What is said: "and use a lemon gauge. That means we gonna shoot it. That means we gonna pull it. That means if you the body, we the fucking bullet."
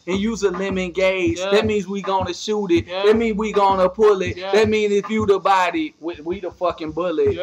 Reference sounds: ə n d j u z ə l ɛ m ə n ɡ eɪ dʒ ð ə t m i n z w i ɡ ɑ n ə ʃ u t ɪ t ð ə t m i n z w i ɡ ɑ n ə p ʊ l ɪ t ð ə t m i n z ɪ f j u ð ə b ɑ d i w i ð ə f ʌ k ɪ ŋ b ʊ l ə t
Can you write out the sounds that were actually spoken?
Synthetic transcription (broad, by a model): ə n j u z ə l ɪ m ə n ɡ eɪ z ð ə t m i n z w i ɡ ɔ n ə ʃ u t ɪ t ð ə t m i n z w i ɡ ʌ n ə p ʊ l ɪ t ð ə t m i n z ɪ f j u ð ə b ɑ d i w i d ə f ʌ k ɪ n b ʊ l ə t